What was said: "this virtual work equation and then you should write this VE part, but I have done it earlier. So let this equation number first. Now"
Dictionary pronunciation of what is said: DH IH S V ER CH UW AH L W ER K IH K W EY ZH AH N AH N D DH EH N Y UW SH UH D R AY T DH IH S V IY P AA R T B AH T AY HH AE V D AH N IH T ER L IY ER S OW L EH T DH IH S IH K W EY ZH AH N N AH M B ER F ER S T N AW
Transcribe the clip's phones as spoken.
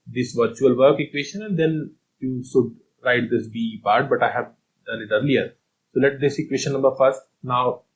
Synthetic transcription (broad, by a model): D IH S V ER CH UW AH L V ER K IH K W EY SH AH N AH N D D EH N Y UW SH UH D R AY T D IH S B IY P AA R T B AH T AY HH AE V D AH L IH T ER L IY ER S OW L EH T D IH S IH K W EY SH AH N N AH M B ER F ER S T N AW